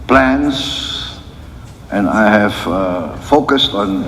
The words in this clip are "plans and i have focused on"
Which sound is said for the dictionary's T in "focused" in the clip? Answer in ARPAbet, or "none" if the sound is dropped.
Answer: T